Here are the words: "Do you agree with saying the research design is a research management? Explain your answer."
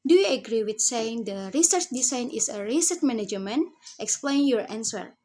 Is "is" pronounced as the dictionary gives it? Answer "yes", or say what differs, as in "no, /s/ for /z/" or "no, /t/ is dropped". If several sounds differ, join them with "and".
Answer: no, /s/ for /z/